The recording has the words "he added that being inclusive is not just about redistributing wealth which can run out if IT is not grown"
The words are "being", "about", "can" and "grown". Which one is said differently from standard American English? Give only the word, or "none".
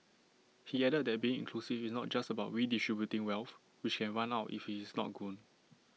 grown